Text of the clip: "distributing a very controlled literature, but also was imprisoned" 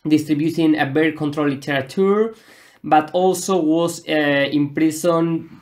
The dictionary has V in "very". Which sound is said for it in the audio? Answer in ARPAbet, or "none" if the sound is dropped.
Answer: B